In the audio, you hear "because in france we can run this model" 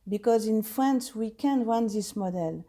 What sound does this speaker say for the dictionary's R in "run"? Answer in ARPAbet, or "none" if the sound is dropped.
W